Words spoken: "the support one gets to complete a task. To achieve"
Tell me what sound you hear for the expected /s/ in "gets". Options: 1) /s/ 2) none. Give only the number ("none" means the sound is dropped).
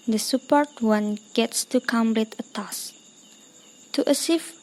1